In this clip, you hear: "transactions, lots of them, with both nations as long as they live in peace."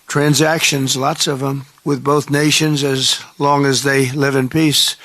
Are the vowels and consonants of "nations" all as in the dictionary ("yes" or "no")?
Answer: yes